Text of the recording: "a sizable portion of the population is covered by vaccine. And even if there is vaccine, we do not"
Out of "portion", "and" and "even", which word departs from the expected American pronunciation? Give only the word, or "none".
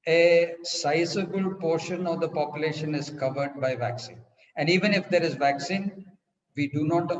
none